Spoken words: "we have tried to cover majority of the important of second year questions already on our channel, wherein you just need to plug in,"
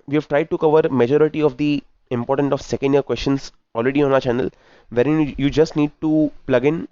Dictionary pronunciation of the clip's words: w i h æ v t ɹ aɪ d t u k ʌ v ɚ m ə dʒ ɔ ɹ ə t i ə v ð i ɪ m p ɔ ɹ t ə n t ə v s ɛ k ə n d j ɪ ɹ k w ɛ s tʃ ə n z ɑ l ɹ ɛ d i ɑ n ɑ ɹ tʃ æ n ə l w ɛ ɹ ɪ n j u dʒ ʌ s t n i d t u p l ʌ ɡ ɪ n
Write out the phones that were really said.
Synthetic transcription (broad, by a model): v i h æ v t ɹ aɪ d t u k ʌ v ɚ m ə dʒ ɔ ɹ ə t i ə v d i ɪ m p ɔ ɹ t ə n t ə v s ɛ k ə n d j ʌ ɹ k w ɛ s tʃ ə n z ɑ l ɹ ɛ d i ɑ n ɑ tʃ æ n ə l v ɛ ɹ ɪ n j u dʒ ʌ s t n i d t u p l ʌ ɡ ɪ n